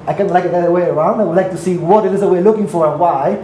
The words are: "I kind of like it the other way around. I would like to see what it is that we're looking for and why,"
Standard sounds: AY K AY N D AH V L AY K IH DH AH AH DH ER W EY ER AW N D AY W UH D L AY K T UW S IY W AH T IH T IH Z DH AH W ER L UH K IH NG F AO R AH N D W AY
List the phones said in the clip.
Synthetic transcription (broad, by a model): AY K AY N AH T L AY K IH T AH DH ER W EY ER AW N D AY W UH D L AY K T UW S IY W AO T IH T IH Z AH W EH L UH K IH NG F AO R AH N W AY